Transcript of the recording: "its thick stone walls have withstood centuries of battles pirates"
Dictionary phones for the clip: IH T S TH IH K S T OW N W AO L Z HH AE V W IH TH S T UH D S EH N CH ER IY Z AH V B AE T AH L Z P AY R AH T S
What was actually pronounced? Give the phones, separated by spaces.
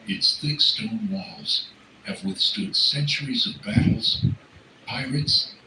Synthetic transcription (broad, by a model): IH T S TH IH K S T OW N W AO L Z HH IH V W IH TH S T UH D S EH N CH ER IY Z AH V B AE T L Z P AY R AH T S